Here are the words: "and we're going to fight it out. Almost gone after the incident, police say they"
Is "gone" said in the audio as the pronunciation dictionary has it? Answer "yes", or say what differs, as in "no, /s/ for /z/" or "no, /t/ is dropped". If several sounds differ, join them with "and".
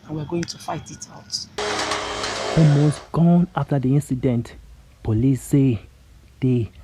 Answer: yes